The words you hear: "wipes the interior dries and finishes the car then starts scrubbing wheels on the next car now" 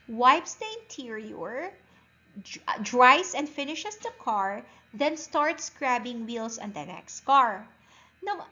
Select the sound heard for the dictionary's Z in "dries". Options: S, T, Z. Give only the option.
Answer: S